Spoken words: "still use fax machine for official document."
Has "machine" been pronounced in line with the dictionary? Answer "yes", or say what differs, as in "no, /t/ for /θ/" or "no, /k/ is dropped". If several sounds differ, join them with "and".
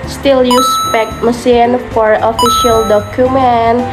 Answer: no, /s/ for /ʃ/